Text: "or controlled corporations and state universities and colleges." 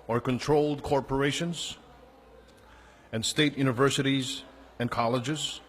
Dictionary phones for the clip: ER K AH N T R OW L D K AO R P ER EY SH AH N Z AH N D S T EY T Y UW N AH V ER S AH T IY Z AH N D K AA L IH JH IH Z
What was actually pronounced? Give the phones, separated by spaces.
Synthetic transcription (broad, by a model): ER K AH N T R OW L D K AO R P ER EY SH AH N Z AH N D S T EY T Y UW N AH V ER S AH T IY Z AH N K AA L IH JH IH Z